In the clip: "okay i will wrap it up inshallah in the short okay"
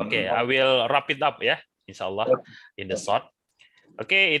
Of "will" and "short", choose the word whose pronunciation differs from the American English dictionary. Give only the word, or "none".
short